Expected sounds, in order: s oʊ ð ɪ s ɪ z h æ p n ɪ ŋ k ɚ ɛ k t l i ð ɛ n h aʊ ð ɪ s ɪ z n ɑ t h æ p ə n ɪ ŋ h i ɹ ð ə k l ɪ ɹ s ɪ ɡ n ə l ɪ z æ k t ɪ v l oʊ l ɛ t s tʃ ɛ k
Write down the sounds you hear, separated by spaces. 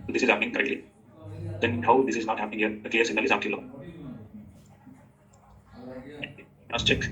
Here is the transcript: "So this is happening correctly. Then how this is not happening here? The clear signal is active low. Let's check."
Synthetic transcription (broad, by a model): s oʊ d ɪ s ɪ z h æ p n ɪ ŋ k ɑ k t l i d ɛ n h aʊ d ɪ s ɪ z n ɑ t h æ p ə n ɪ ŋ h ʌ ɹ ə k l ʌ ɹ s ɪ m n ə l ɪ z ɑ t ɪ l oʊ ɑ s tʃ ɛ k